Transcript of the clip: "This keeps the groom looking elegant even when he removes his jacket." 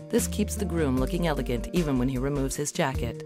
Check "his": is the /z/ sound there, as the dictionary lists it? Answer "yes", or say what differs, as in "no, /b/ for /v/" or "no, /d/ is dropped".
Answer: yes